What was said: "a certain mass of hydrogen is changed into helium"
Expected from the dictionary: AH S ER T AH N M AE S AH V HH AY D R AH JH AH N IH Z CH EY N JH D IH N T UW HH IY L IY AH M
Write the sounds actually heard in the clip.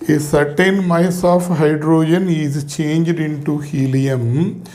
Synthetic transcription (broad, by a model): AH S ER T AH N M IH S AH F HH AY D R AH JH AH N IH Z CH EY N JH D IH N T UW HH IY L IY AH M